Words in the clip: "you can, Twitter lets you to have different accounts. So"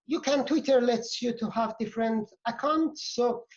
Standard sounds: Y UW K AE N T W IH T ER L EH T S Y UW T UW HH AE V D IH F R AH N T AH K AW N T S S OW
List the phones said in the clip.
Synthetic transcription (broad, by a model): Y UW K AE N T W IH T ER L EH T S Y UW T UW HH AE V D IH F R AH N T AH K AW N T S S OW